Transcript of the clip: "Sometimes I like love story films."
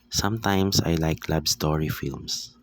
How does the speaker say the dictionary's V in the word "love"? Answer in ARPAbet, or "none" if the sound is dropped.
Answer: B